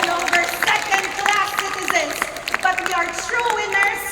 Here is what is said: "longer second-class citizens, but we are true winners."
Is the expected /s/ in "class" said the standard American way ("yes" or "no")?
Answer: no